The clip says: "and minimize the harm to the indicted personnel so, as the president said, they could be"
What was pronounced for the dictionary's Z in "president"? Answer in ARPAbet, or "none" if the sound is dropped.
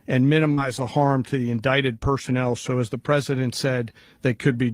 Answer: Z